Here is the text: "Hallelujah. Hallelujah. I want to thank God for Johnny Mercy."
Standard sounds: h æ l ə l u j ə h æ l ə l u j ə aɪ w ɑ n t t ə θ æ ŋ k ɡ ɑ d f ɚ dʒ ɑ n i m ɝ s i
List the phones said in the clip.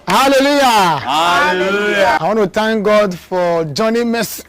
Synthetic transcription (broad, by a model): h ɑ l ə l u j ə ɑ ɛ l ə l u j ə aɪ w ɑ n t t ə t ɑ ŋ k ɡ ɑ d f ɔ dʒ ɑ n i m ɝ s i